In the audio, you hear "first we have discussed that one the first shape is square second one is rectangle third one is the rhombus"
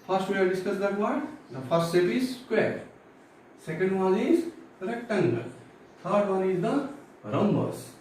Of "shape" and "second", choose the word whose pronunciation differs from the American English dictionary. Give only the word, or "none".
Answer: shape